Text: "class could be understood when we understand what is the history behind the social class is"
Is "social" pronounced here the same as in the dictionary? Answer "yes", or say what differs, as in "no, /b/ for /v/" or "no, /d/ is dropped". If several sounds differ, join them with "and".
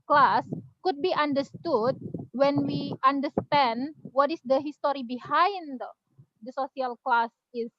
no, /s/ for /ʃ/